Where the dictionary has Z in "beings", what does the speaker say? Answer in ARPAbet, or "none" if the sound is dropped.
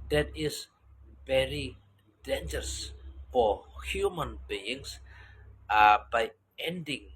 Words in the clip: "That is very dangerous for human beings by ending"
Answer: S